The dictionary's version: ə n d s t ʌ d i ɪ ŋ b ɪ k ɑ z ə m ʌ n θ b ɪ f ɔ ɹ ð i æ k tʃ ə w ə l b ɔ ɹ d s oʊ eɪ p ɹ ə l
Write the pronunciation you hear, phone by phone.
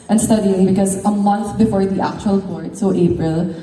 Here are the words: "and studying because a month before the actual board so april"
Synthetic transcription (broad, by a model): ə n s t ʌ d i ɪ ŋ b ɪ k ɑ z ə m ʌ n t b ɪ f ɔ ɹ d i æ k tʃ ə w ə l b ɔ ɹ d s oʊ eɪ p ɹ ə l